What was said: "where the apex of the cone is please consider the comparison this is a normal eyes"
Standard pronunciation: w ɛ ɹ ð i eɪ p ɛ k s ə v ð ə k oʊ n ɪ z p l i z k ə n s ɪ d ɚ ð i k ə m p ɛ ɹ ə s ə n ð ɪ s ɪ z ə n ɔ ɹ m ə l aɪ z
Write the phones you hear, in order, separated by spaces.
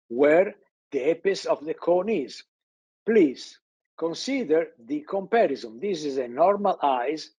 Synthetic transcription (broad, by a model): w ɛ ɹ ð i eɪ p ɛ s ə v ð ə k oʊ n ɪ z p l i z k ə n s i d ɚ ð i k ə m p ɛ ɹ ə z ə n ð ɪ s ɪ z ə n ɔ ɹ m ə l aɪ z